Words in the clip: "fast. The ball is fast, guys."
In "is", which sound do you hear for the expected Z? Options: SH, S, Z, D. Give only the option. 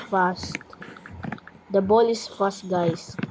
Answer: S